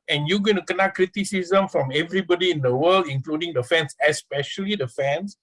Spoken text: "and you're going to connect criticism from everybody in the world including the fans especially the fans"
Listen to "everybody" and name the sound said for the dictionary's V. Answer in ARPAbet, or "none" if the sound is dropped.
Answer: V